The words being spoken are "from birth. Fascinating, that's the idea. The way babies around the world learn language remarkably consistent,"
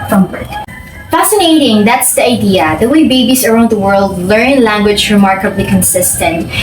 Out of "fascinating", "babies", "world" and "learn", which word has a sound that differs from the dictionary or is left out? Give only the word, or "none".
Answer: babies